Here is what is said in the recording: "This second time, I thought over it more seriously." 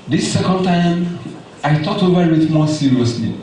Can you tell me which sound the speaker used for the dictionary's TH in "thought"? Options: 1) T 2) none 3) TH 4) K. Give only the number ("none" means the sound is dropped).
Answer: 1